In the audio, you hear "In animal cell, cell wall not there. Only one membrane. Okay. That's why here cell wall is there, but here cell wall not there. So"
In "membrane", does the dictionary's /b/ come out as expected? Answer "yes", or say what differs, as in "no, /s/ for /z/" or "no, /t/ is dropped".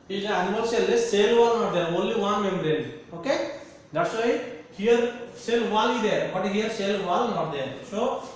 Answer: no, /b/ is dropped